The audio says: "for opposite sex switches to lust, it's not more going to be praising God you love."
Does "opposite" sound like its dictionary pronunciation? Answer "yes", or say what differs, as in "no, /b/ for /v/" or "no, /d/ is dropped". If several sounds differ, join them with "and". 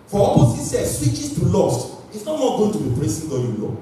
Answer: no, /s/ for /z/